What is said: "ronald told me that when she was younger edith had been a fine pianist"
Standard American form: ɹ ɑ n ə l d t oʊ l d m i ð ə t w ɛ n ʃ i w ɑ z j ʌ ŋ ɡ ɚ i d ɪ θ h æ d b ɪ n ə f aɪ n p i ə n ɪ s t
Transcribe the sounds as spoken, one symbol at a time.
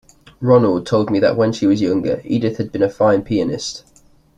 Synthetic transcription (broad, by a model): ɹ ɑ n ə l d t oʊ l d m i ð ə t w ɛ n ʃ i w ɑ z j ʌ ŋ ɡ ɚ i d ɪ θ h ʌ d b ɪ n ə f aɪ n p i ə n ɪ s t